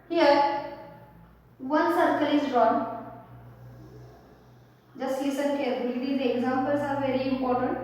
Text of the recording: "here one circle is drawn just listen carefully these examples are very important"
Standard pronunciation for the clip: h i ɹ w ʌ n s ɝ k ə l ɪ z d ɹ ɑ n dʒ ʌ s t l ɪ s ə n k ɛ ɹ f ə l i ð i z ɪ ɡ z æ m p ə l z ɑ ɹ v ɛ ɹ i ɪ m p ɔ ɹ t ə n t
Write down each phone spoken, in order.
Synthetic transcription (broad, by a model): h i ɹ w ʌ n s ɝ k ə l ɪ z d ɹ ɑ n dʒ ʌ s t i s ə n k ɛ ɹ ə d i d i ɪ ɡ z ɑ m p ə l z ɑ ɹ v ɛ ɹ i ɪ m p ɔ ɹ t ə n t